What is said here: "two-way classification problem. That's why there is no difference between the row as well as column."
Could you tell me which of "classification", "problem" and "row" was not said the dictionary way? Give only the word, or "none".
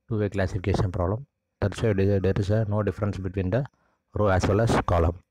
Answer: none